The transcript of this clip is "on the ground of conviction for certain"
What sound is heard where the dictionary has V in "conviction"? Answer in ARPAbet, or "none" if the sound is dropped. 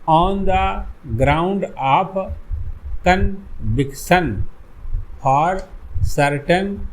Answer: B